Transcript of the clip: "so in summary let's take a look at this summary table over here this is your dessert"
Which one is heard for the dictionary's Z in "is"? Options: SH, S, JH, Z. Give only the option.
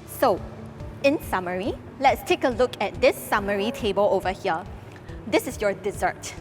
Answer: S